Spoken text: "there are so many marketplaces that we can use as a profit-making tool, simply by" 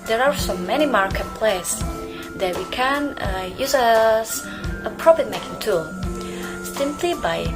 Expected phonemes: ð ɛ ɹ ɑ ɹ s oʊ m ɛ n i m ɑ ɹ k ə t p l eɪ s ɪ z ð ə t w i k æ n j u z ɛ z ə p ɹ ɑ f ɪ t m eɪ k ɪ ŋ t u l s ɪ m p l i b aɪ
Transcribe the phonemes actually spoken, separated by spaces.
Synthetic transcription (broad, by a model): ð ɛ ɹ ɑ ɹ s oʊ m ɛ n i m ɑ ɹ k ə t p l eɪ ɪ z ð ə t w i k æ n j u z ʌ s ə p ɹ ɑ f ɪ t m eɪ k ɪ ŋ t u l s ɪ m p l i b aɪ